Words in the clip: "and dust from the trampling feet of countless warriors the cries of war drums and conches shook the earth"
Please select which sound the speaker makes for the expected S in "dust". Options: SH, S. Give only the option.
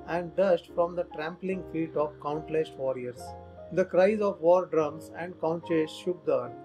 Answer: SH